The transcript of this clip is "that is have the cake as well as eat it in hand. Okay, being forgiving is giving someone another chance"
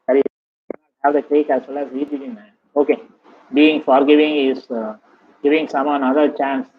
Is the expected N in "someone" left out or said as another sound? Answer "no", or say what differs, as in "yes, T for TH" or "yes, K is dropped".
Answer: yes, N is dropped